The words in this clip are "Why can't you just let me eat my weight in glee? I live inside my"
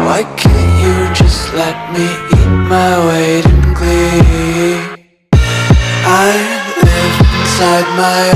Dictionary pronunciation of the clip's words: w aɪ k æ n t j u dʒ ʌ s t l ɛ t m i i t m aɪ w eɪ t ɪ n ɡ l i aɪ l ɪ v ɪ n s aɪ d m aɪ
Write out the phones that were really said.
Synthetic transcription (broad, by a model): w aɪ k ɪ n j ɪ dʒ ʌ s t l ɛ t m i i t m aɪ w eɪ t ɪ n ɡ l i aɪ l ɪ ɪ n s aɪ d m aɪ